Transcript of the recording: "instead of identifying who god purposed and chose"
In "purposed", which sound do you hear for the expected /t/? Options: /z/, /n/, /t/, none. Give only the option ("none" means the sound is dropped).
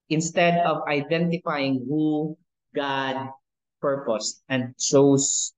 /t/